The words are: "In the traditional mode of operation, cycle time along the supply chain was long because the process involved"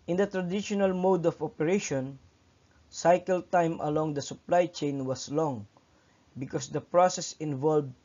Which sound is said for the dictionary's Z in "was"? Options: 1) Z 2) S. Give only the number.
2